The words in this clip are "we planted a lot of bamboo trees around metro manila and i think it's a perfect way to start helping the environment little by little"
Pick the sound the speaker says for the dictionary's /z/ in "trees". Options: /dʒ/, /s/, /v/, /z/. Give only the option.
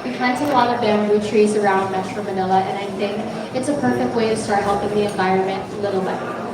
/z/